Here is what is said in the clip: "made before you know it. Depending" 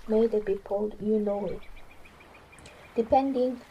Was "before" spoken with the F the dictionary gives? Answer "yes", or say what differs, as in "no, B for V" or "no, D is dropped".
no, P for F